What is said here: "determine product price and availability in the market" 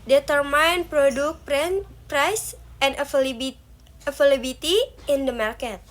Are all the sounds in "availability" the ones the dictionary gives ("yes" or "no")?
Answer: no